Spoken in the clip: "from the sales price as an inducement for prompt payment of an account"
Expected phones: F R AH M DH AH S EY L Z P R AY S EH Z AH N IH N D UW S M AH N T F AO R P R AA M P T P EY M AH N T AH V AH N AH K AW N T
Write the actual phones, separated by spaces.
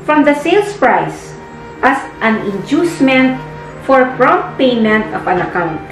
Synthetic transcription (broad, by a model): F R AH M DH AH S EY L S P R AY S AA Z AH N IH N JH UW S M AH N T F AO R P R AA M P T P EY M AH N T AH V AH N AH K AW N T